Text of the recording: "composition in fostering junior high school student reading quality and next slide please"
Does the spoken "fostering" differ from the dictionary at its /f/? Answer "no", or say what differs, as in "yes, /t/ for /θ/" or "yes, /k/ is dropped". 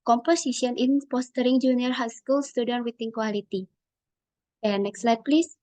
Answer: yes, /p/ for /f/